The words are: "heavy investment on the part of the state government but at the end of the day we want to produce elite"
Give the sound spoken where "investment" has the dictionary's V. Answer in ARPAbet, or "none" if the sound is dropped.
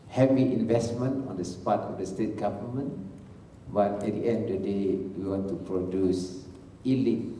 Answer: V